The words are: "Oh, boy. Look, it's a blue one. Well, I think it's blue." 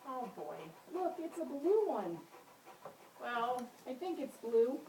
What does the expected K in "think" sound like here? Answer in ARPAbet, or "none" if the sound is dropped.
K